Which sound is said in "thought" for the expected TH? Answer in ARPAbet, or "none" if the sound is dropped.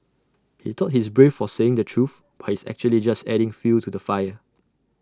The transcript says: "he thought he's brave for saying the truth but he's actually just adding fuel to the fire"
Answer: T